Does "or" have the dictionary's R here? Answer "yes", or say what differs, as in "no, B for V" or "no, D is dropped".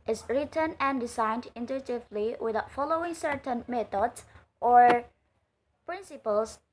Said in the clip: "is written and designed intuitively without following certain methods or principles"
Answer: yes